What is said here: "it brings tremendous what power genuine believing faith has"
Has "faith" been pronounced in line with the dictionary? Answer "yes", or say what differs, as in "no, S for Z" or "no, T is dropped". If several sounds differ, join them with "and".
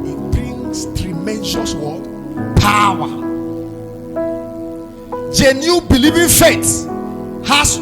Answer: no, T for TH